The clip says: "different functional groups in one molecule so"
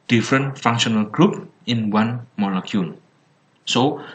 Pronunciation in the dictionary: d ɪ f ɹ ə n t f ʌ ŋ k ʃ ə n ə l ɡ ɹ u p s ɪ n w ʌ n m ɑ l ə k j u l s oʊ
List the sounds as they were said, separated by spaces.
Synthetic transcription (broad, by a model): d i f ɹ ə n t f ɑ ŋ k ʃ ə n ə l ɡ ɹ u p ɪ n w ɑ n m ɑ l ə k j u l s oʊ